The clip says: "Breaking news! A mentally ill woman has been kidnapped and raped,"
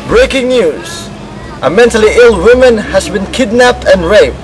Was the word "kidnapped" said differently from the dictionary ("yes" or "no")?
no